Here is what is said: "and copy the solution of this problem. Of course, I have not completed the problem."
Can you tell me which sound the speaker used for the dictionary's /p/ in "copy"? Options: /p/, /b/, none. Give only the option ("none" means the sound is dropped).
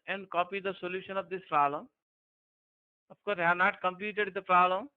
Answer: /p/